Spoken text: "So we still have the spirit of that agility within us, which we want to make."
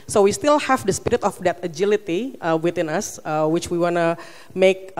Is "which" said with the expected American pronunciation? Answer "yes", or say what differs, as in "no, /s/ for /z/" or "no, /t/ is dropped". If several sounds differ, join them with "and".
yes